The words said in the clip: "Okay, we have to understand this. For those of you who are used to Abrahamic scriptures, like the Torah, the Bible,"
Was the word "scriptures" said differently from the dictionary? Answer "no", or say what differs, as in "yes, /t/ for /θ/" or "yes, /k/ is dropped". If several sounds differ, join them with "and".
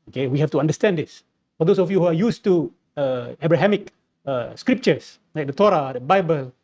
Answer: yes, /s/ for /z/